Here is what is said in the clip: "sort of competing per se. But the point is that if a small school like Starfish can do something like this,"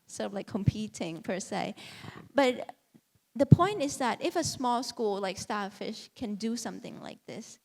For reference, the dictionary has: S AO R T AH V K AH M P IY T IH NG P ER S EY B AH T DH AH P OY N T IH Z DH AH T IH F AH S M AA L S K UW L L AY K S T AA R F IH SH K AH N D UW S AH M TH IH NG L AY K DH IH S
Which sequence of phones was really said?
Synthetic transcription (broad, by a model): S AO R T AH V K AH M P IY T IH NG P ER S EY B AH T DH AH P OY N T IH Z DH AH T IH F AH S M AA L S K UW L L AY K S T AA F IH SH K AH N D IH S AH M TH IH NG L AY K DH IH S